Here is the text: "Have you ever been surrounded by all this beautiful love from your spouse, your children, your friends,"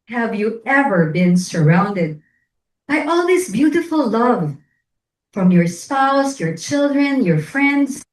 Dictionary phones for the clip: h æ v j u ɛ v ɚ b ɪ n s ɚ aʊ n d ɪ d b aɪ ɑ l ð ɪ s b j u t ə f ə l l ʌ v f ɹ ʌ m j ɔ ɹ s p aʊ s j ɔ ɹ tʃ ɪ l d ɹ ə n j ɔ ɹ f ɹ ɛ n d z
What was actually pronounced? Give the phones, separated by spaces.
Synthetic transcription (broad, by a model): h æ v j u ɛ v ɚ b ɪ n s ɚ aʊ n d ɪ d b aɪ ɑ l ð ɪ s b j u t ə f ə l l ʌ v f ɹ ʌ m j ɔ ɹ s p aʊ s j ɔ ɹ tʃ ɪ l d ɹ ə n j ɔ ɹ f ɹ ɛ n d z